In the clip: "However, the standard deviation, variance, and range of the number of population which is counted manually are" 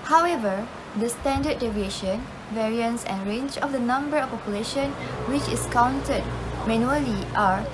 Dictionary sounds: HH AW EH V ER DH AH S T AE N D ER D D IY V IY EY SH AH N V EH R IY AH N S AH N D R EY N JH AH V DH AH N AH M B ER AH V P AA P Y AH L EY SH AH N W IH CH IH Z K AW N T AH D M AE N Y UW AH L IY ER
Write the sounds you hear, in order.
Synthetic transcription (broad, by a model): HH AW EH V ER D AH S T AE N D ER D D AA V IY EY SH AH N V EH R IY AH N S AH N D R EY N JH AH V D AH N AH M B ER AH F P AA P Y AH L EY SH AH N W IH CH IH S K AW N T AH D M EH N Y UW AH L IY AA